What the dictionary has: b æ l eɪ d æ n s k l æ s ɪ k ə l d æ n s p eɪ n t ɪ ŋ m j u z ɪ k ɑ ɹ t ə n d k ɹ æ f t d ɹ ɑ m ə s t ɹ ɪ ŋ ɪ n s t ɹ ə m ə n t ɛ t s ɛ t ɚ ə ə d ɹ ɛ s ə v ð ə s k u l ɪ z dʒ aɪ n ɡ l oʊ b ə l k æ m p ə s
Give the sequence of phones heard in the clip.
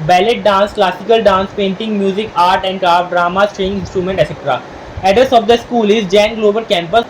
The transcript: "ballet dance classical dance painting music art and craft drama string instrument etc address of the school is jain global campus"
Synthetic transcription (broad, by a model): b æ l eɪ d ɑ n s k l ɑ s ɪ k ə l d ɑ n s p eɪ n t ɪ ŋ m j u z ɪ k ɑ ɹ t ə n d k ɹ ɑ t d ɹ ɑ m ə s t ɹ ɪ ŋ ɪ n s t ɹ ə m ə n t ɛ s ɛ t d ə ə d ʌ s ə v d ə s k u l ɪ z dʒ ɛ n ɡ l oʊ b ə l k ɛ m p ə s